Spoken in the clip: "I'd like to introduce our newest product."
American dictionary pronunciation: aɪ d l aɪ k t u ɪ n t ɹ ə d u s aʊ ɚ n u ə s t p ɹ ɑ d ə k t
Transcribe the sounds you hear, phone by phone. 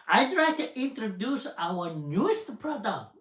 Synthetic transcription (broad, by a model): aɪ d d aɪ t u ɪ n t ɹ ə d u s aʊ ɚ n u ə s t p ɹ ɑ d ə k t